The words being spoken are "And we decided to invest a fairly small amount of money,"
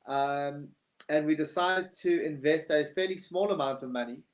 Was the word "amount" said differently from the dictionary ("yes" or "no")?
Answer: no